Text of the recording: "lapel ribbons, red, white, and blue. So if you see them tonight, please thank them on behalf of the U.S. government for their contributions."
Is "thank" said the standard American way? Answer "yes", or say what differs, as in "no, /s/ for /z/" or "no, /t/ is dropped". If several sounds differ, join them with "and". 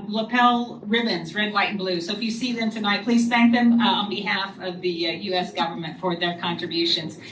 yes